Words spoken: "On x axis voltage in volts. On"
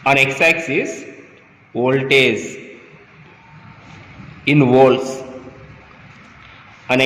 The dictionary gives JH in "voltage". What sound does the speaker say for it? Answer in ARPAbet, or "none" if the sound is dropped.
Z